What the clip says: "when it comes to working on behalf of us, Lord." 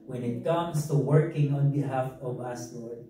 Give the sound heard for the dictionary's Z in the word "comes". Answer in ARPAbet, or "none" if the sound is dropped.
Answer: S